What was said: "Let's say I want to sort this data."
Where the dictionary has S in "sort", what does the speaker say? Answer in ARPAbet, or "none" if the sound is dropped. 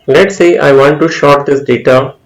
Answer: SH